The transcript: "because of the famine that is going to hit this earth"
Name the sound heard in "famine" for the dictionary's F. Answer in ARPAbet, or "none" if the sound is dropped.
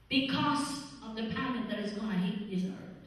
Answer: P